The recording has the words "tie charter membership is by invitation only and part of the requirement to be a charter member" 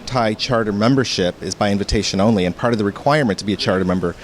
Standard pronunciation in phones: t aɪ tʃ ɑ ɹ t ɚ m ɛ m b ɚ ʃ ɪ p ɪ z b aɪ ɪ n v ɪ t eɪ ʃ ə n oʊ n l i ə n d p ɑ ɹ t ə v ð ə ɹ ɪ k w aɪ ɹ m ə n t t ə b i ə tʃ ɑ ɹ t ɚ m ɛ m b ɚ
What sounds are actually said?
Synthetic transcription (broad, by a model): t aɪ tʃ ɑ ɹ t ɚ m ɛ m b ɚ ʃ ɪ p ɪ z b aɪ ɪ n v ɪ t eɪ ʃ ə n oʊ n l i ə n p ɑ ɹ t ə v ð ə ɹ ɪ k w aɪ ɹ m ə n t t ə b i ə tʃ ɑ ɹ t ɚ m ɛ m b ɚ